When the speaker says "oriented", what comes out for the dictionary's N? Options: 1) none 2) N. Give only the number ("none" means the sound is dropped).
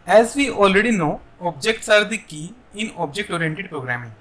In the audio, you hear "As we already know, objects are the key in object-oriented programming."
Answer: 2